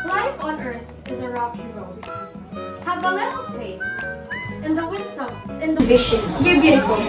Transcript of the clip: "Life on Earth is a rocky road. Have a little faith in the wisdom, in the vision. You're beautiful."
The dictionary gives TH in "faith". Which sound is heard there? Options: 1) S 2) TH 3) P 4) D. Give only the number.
1